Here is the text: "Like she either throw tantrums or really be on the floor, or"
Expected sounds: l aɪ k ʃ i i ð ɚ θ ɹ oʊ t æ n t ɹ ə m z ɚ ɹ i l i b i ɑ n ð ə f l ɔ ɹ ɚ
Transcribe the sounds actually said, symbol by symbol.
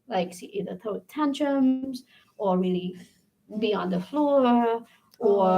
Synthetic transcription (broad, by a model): l aɪ k s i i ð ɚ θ oʊ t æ n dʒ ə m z ɚ ɹ i l i b i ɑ n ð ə f l ɔ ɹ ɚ